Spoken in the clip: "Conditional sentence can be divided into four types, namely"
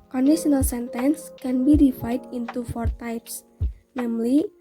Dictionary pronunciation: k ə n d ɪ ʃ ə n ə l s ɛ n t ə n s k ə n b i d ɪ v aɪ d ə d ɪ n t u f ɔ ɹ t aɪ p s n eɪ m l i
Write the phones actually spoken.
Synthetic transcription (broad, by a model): k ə n d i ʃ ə n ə l s ɛ n t ə n s k ə n b i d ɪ f aɪ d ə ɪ n t u f ɔ ɹ t aɪ p s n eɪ m l i